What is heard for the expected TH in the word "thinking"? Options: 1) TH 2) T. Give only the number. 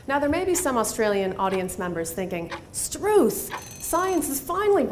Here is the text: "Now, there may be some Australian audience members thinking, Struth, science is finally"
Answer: 1